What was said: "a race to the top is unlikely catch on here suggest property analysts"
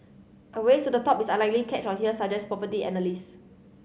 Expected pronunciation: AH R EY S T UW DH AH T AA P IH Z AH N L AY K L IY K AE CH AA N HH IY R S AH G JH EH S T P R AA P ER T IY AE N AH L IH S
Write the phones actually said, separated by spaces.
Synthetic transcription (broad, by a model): AH W EY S T UW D AH T AA P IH S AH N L AY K L IY K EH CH AA N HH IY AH S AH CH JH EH S P R AA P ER T IY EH N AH L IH S